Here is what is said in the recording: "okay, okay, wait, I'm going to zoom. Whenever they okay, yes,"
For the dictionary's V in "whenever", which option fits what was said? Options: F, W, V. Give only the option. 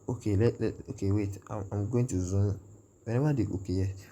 W